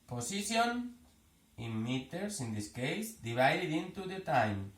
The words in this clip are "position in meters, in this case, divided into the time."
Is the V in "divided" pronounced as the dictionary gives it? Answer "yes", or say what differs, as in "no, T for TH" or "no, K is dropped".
no, B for V